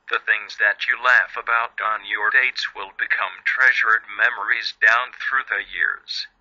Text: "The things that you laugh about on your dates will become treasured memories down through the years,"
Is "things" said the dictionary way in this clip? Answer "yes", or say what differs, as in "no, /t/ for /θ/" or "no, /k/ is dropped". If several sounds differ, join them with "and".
yes